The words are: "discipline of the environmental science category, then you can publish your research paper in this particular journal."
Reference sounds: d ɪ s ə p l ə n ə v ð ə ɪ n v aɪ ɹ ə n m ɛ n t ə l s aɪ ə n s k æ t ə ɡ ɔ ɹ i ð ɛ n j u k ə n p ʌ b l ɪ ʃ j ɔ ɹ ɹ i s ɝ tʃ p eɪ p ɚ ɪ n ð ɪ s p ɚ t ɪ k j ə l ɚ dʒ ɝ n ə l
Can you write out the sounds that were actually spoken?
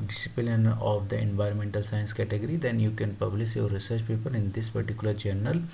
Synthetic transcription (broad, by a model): d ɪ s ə p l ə n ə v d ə ɪ n v aɪ ɹ ə n m ɛ n t ə l s aɪ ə n s k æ t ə ɡ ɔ ɹ i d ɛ n j u k ə n p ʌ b l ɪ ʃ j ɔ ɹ ɹ i s ɝ tʃ p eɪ p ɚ ɪ n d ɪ s p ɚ t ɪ k j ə l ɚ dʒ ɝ n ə l